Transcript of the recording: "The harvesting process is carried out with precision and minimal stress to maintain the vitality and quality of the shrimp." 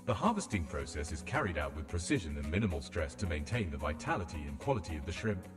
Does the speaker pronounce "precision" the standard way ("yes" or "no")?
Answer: yes